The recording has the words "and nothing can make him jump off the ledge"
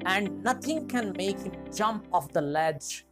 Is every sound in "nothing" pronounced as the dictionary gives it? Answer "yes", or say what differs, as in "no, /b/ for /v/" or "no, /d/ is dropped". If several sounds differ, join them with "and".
no, /t/ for /θ/